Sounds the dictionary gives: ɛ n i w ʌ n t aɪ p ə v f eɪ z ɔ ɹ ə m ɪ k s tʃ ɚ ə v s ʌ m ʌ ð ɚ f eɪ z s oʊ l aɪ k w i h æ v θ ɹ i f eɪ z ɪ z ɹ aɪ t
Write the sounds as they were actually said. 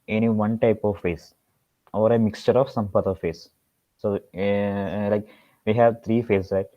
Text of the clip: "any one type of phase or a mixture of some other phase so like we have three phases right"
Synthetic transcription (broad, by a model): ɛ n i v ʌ n t aɪ p ə v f eɪ s ɔ ɹ ə m ɪ k s tʃ ɚ ə v s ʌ m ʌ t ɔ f eɪ s oʊ l aɪ k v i h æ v t ɹ i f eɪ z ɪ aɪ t